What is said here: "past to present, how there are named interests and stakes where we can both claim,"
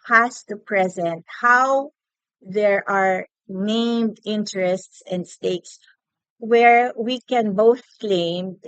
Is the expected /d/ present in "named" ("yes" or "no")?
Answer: yes